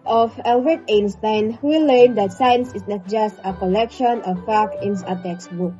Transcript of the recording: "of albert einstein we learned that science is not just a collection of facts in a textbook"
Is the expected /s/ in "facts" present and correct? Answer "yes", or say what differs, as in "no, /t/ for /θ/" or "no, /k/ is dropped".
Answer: no, /s/ is dropped